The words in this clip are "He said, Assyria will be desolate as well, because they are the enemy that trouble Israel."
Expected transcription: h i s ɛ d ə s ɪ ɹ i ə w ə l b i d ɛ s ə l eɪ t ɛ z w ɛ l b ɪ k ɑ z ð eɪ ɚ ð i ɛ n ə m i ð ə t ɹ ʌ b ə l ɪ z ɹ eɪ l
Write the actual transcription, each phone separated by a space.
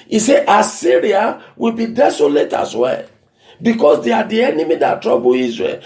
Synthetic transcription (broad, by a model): i s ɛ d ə s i ɹ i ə w ə l b i d ɛ s ə l eɪ t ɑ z w ɛ l b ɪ k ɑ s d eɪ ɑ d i ɛ n ə m i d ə t ɹ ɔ b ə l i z ɹ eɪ l